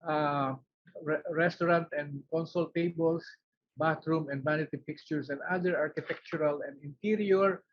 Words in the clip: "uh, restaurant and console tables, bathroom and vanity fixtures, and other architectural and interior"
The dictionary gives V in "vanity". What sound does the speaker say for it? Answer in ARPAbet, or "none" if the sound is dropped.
B